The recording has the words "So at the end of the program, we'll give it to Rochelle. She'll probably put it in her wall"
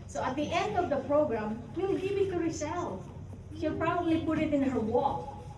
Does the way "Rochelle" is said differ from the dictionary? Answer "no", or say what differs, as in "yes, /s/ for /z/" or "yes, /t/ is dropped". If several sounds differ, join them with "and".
yes, /s/ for /ʃ/